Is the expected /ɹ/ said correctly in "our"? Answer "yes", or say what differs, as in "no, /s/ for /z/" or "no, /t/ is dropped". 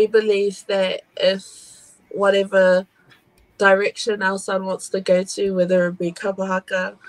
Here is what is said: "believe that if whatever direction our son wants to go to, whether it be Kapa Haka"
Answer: no, /l/ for /ɹ/